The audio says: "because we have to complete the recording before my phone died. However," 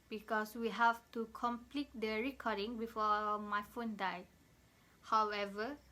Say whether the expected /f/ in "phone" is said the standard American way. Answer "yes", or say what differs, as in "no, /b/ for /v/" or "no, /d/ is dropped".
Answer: yes